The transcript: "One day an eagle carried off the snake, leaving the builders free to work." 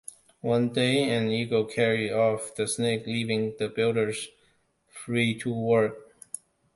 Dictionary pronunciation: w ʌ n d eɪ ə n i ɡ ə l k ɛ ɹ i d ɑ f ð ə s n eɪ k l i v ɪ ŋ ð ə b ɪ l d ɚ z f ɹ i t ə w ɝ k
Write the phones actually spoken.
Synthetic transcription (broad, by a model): w ʌ n d eɪ ə n i ɡ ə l k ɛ ɹ i ɑ f ð ə s n eɪ k l i v ɪ ŋ ð ə b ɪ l d ɚ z f ɹ i t ə w ɝ k